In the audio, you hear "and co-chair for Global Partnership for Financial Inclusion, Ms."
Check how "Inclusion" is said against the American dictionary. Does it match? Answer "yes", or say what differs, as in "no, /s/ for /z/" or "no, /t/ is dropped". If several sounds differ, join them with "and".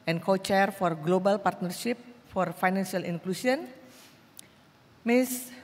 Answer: no, /s/ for /ʒ/